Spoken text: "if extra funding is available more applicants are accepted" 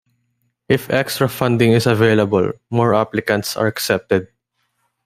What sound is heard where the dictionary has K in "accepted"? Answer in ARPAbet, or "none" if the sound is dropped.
K